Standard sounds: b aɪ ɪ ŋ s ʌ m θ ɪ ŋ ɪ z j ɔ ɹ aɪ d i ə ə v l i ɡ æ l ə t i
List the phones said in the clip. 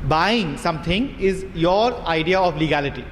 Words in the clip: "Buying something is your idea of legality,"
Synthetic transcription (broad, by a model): b aɪ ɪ ŋ s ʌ m t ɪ ŋ ɪ z j ɔ ɹ aɪ d i ə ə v l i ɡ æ l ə t i